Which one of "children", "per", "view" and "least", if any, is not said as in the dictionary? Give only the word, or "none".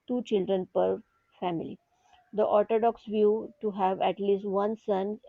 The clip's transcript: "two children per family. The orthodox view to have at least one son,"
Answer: none